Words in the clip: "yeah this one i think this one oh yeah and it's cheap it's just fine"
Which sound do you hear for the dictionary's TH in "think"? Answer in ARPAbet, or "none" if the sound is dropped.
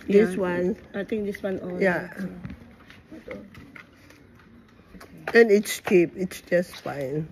T